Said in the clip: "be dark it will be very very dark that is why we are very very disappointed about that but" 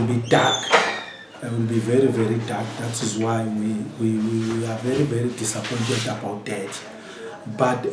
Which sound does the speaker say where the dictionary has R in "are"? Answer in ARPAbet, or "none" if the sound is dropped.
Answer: W